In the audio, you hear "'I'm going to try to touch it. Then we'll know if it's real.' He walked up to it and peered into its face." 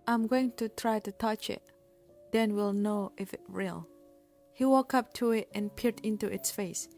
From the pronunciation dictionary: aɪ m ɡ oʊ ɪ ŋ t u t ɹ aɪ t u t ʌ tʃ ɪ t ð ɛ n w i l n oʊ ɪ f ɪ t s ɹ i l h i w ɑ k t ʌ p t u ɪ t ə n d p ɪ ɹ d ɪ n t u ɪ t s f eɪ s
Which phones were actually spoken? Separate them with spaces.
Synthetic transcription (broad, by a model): aɪ m ɡ oʊ ɪ ŋ t u t ɹ aɪ t u t ʌ tʃ ɪ t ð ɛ n w i l n oʊ ɪ f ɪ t ɹ i l h i w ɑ k ʌ p t u ɪ t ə n p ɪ ɹ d ɪ n t u ɪ t s f eɪ s